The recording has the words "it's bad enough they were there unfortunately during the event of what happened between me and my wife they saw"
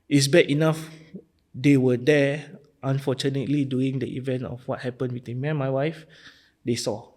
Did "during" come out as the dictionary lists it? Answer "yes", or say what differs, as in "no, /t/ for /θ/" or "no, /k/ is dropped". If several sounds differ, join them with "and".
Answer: no, /ɹ/ is dropped